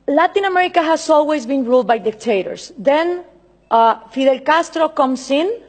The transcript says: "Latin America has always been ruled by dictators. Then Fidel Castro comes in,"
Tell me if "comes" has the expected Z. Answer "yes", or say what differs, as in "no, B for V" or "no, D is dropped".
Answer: no, S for Z